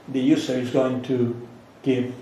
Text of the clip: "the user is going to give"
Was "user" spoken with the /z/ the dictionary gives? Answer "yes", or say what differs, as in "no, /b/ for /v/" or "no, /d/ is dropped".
no, /s/ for /z/